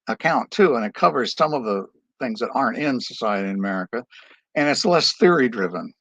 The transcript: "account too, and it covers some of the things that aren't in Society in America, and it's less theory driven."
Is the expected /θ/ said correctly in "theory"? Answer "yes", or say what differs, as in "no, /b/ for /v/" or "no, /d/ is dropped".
yes